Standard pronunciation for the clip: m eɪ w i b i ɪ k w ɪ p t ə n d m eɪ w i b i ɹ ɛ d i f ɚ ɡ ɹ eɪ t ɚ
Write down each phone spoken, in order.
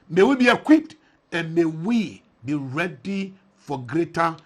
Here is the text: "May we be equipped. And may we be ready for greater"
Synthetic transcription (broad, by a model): m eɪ w i b i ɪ k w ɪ t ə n m eɪ w i b i ɹ ɛ d i f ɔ ɡ ɹ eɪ t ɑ